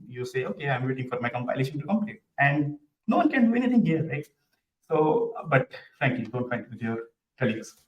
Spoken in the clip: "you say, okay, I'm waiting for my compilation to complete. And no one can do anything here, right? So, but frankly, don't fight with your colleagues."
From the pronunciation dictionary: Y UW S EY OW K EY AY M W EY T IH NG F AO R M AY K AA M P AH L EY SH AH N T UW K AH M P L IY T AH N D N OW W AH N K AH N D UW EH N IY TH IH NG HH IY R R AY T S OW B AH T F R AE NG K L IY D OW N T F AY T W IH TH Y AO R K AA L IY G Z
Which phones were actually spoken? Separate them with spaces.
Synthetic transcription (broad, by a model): Y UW S EY OW K EY AY M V EY T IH NG F AO R M AY K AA M P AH L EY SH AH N T UW K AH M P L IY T AH N D N OW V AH N K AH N D UW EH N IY T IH NG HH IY R R AY T S OW B AH T F R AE NG K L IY D OW N T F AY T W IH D Y AO R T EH L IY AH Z